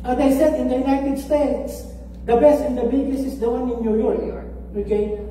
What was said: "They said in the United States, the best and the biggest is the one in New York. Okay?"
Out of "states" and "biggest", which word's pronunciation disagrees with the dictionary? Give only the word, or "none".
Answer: biggest